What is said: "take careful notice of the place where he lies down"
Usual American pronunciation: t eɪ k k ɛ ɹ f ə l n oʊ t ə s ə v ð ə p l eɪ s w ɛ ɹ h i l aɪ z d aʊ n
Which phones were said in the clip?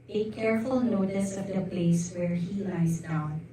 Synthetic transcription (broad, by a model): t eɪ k k ɛ ɹ f ə l n oʊ t ə s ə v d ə p l eɪ s w ɛ ɹ h i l aɪ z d aʊ n